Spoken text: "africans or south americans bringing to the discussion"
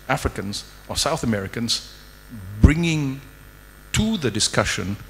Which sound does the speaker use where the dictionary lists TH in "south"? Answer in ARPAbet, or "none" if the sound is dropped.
TH